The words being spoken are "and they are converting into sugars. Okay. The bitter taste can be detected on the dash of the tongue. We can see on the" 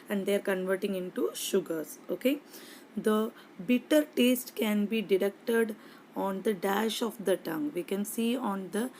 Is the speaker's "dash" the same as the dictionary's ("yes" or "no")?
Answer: yes